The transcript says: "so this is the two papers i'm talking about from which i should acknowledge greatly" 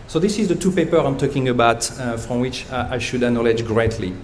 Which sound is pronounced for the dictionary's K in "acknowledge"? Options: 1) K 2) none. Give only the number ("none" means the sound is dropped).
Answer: 2